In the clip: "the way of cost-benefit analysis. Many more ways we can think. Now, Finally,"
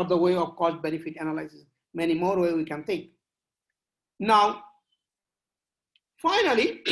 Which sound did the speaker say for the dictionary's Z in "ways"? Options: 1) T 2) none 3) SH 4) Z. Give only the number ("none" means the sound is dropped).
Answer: 2